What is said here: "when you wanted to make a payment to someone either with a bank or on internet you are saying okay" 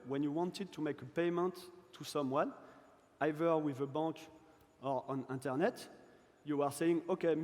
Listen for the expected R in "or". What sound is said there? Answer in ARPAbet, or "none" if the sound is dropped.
R